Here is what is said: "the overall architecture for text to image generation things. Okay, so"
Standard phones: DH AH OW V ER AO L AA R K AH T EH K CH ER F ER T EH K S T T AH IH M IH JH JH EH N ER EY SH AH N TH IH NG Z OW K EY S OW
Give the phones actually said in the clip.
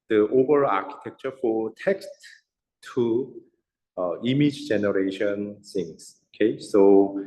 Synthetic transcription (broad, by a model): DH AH OW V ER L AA K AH T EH K CH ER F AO T EH K S T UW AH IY M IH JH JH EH N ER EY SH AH N S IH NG S OW K EY S OW